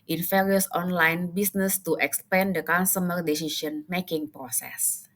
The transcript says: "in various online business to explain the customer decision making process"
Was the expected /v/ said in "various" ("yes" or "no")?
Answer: no